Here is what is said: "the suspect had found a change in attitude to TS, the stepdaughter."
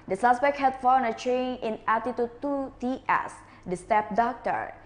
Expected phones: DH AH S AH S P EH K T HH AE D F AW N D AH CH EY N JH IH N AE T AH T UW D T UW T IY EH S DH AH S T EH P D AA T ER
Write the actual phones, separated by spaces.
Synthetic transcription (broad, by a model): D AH S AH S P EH K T HH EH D F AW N AH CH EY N IH N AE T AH T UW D T UW T IY EH S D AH S T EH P D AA T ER